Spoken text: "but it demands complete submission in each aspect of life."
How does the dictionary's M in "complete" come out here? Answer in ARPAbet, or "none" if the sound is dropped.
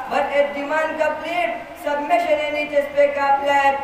none